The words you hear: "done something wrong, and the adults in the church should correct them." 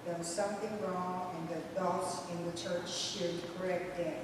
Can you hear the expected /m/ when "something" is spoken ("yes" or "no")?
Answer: yes